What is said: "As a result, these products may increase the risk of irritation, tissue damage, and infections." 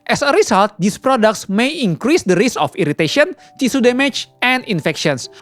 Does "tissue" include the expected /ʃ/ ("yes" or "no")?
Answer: no